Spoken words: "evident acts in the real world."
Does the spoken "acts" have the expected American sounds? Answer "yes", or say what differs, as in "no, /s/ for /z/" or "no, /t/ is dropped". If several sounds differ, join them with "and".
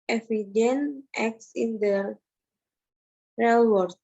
yes